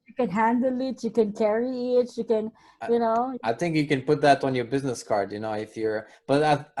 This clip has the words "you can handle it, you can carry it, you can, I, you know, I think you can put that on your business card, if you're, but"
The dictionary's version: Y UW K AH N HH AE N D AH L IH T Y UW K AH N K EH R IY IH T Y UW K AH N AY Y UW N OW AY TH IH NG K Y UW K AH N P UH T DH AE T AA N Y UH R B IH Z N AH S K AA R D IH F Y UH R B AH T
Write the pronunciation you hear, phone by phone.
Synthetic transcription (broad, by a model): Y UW K AH N HH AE N D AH L IH T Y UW K AH N K EH R IY IH T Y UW K AH N Y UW N OW AY TH IH NG K Y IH K AH N P UH T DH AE T N Y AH R B IH Z N AH S K AA R D IH F Y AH R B AH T